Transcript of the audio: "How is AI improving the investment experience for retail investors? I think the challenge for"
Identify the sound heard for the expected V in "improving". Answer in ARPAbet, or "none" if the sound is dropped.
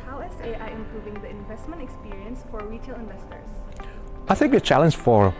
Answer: V